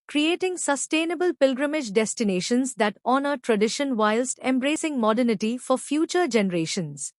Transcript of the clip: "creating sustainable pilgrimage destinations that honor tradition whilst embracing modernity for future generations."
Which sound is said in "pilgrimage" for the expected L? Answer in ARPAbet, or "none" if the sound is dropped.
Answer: L